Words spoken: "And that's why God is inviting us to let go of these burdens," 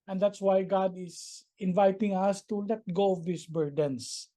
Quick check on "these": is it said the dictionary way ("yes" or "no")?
no